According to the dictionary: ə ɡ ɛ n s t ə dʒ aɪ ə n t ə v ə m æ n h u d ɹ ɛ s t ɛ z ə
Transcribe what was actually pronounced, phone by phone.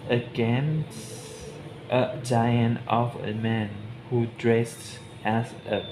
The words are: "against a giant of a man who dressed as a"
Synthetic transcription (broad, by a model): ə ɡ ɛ n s t ə dʒ aɪ ə n t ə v ə m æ n h u d ɹ ɛ s t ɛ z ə